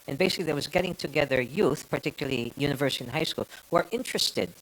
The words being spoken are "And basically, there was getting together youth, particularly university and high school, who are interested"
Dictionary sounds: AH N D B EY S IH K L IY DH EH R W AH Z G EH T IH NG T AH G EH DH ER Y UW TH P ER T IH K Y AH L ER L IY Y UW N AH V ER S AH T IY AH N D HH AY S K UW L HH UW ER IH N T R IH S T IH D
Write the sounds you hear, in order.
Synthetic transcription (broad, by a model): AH N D B EY S IH K L IY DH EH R W AH Z G EH T IH NG T AH G EH DH ER Y UW TH P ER T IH K Y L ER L IY Y UW N AH V ER S AH T IY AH N HH AY S K UW L HH UW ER IH N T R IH S T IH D